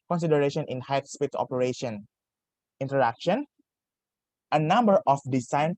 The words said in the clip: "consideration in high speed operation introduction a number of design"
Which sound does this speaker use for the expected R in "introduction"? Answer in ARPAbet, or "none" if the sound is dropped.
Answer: none